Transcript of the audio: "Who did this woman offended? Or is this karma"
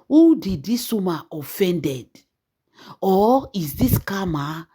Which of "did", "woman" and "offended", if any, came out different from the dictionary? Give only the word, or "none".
woman